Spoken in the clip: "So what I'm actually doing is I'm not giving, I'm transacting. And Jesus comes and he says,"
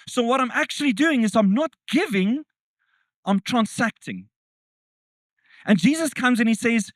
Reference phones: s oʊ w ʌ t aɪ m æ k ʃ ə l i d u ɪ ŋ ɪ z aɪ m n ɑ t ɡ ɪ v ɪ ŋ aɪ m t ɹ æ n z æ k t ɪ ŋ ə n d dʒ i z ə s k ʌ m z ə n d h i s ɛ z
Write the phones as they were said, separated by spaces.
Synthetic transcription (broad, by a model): s oʊ w ʌ t aɪ m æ k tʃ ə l i d u ɪ ŋ ɪ z aɪ m n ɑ t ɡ ɪ v ɪ ŋ aɪ m t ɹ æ n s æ k t ɪ ŋ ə n dʒ i z ə s k ʌ m z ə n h i s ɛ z